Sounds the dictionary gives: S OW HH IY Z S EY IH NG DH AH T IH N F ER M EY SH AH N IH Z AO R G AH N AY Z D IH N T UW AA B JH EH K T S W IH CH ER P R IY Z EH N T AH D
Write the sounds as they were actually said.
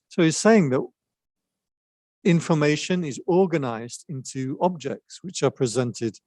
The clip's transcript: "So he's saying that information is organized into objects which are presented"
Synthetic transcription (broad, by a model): S OW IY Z S EY IH NG DH AH T IH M F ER M EY SH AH N IH Z AO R G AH N AY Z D IH N T UW AA B JH EH K T S W IH CH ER P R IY Z EH N T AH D